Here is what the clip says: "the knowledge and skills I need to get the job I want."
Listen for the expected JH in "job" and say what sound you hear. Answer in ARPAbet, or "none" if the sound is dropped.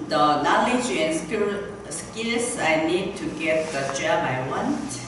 CH